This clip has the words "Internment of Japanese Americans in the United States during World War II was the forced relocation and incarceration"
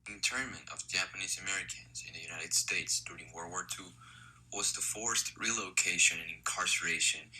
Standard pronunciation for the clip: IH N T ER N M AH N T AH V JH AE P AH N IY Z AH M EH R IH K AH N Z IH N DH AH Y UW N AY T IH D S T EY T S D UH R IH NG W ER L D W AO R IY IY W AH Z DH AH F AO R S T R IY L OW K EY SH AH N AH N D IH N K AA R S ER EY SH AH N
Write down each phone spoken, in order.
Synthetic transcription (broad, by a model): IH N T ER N M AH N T AH V JH AE P AH N IY Z AH M EH R IH K AH N Z IH N DH AH Y UW N AY T IH D S T EY T S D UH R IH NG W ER W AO R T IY W AH Z DH AH F AO R S T R IY L OW K EY SH AH N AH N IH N K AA R S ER EY SH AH N